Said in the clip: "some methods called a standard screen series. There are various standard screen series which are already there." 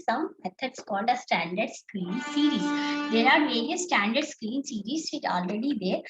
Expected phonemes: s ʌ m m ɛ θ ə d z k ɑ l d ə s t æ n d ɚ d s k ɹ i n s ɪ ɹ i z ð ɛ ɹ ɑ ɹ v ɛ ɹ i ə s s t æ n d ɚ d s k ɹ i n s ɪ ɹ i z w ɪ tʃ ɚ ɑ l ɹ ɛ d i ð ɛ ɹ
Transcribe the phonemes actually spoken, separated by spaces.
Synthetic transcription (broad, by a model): s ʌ m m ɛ t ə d s k ɑ l d ə s t æ n d ɚ d s k ɹ i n s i ɹ i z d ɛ ɹ ɑ ɹ v ɛ ɹ i ə s s t æ n d ɚ d s k ɹ i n s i ɹ i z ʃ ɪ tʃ ɑ l ɹ ɛ d i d ɛ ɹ